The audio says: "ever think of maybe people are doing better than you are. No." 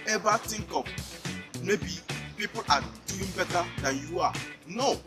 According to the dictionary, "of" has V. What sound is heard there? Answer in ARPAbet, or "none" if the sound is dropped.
P